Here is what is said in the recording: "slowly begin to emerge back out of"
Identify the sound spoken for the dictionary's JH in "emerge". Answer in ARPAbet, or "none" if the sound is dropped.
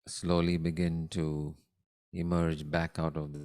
JH